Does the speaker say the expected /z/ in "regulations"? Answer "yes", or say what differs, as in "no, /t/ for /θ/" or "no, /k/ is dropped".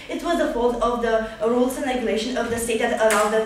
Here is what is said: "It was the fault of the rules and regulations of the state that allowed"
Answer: no, /z/ is dropped